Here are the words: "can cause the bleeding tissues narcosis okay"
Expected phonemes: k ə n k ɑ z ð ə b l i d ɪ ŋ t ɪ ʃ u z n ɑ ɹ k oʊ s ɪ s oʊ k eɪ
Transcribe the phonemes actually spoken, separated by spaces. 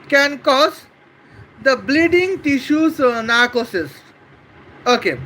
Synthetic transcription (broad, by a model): k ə n k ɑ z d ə b l i d ɪ ŋ t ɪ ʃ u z n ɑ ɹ k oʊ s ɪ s oʊ k eɪ